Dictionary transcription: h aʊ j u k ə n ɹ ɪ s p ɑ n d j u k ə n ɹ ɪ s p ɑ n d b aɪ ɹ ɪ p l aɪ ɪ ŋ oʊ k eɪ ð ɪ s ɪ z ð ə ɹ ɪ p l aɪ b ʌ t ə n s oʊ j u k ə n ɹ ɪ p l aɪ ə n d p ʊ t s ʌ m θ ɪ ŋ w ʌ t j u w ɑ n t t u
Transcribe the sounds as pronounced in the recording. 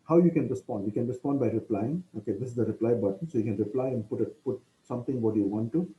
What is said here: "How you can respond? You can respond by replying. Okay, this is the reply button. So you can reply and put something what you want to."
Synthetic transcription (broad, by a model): h aʊ j u k ə n ɹ ɪ s p ɑ n d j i k ə n ɹ ɪ s p ɑ n d b aɪ ɹ ɪ p l aɪ ɪ ŋ oʊ k eɪ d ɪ s ɪ z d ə ɹ ɪ p l aɪ b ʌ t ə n s oʊ j u k ə n ɹ ɪ p l aɪ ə n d p ʊ t s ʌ m t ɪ ŋ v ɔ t j u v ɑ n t t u